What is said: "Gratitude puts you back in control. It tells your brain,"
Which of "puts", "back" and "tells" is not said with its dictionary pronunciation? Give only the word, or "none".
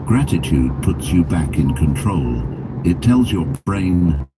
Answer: none